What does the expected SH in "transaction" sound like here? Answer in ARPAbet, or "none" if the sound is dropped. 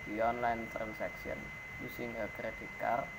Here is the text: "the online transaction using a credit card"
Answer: S